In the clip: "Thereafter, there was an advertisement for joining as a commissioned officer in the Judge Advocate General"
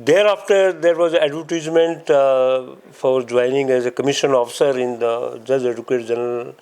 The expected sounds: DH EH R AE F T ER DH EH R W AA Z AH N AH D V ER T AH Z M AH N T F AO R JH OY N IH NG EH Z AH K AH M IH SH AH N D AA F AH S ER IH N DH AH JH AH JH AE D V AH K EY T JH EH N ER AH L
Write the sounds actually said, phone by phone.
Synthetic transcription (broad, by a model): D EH R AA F T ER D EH R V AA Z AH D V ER T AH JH M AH N T F AO R JH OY N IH NG EH Z AH K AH M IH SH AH N AA F AH S ER IH N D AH JH AH JH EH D AH K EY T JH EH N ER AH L